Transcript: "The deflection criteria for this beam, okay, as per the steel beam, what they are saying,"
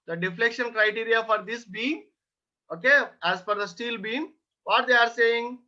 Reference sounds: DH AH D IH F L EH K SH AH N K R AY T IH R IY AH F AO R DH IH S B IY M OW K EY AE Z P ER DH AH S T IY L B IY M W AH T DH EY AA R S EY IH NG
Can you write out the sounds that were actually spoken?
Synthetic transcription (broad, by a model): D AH D IH F L EH K SH AH N K R AY T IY R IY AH F AO R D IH S B IY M OW K EY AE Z F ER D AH S T IY L B IY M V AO T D EY AA R S EY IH NG